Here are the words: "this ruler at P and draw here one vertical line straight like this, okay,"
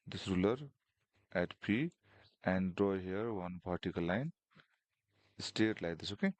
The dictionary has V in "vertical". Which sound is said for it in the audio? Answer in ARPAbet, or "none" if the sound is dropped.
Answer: P